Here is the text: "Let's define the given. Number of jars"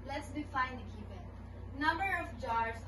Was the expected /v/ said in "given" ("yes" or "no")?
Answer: no